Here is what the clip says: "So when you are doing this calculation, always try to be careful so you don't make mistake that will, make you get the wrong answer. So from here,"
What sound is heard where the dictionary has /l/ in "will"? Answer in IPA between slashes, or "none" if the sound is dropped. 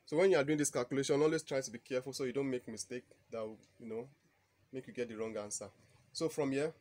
/n/